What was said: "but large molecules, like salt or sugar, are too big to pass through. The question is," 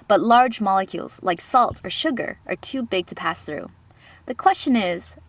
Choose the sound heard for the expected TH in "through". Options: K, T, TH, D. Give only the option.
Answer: TH